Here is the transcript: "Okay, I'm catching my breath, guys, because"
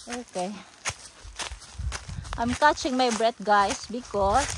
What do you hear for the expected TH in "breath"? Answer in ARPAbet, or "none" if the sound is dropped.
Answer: T